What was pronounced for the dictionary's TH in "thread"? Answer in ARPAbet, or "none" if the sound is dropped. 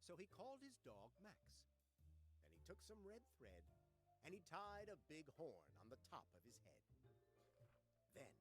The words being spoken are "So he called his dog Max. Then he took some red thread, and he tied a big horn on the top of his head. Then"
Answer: TH